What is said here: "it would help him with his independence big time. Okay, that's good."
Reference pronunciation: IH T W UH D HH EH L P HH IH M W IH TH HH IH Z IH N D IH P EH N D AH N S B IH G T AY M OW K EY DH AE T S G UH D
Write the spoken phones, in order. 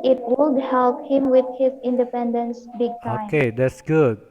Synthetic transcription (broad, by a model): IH T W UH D HH EH L P HH IH M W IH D HH IH Z IH N D IH P EH N D AH N S B IH G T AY OW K EY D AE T S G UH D